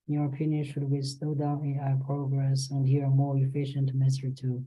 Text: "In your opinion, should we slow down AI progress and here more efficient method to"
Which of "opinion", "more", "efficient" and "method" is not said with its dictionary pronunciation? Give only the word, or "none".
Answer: method